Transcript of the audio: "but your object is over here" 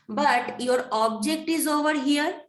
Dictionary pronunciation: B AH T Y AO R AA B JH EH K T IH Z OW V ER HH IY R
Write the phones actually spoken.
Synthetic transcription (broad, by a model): B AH T Y AO R AA B JH EH K T IH Z OW V ER HH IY R